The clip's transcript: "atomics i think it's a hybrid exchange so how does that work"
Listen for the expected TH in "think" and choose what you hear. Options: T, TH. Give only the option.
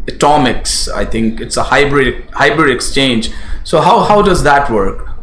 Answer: T